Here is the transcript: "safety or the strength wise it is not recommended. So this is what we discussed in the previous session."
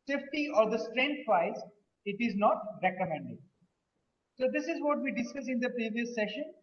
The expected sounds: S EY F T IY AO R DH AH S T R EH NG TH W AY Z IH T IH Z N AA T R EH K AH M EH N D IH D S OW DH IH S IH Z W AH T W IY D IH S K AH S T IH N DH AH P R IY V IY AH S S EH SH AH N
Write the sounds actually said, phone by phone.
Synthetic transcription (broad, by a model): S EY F T IY AO R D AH S T R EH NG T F AY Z IH T IH Z N AA T R EH K AH M EH N D IH D S OW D IH S IH Z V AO T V IY D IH S K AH S IH N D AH P R IY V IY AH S S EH SH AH N